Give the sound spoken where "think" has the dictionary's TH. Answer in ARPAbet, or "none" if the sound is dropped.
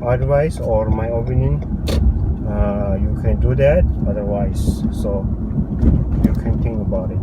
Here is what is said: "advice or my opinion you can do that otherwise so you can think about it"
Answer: T